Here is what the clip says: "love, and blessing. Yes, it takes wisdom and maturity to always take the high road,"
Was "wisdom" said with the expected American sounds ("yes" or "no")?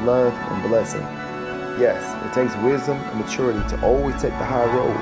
yes